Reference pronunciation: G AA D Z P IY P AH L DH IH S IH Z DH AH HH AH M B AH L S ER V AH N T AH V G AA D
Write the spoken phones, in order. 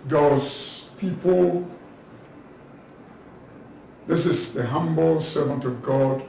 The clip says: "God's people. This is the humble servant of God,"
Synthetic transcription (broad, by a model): G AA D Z P IY P AH L DH IH S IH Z DH AH HH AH M B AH L S ER V AH N T AH V G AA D